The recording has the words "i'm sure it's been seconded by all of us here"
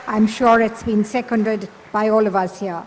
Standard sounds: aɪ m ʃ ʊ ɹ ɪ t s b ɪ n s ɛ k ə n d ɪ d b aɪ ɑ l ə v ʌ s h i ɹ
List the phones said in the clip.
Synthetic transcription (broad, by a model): aɪ m ʃ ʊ ɹ ɪ t s b ɪ n s ɛ k ə n d ɪ d b aɪ ɑ l ə v ʌ s h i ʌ